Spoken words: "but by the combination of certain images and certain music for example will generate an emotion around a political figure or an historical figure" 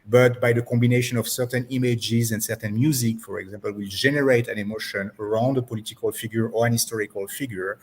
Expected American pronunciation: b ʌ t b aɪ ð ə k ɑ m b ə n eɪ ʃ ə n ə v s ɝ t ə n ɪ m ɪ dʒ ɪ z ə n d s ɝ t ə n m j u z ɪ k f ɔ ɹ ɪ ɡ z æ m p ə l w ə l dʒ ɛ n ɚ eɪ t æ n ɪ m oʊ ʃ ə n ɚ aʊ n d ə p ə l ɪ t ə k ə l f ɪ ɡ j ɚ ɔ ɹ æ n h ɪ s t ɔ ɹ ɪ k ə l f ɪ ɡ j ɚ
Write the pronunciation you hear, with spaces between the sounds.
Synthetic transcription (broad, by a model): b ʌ t b aɪ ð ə k ɑ m b ə n eɪ ʃ ə n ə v s ɝ t ə n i m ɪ dʒ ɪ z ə n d s ɝ t ə n m j u z ɪ k f ɔ ɹ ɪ ɡ z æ m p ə l w ə l dʒ ɛ n ɚ eɪ t æ n ɪ m oʊ ʃ ə n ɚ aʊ n d ə p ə l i t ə k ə l f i ɡ j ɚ ɔ ɹ æ n h ɪ s t ɔ ɹ ɪ k ə l f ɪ ɡ j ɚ